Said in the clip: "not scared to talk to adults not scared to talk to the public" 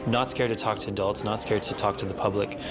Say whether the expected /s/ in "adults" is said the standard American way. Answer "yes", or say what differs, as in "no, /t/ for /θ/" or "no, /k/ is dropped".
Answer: yes